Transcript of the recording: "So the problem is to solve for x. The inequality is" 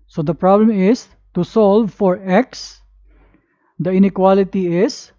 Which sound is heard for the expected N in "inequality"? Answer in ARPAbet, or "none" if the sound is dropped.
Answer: N